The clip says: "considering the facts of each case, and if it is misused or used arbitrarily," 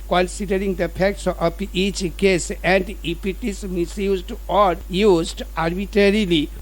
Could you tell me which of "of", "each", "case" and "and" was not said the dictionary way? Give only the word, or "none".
of